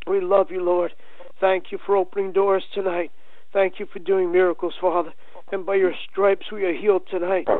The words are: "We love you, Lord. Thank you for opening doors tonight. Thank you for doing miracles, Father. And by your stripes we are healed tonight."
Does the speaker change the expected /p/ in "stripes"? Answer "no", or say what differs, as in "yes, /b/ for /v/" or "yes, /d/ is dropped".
no